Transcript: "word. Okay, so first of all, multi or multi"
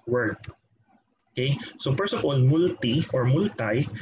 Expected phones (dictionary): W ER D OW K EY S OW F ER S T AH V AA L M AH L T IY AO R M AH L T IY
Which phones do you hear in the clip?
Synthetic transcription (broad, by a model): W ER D OW K EY S OW P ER S AH P AA L M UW L T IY AO R M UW L T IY